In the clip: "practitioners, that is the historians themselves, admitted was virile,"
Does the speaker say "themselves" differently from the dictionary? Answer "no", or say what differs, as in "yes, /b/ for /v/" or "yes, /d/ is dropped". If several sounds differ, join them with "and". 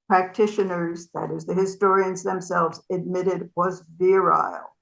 no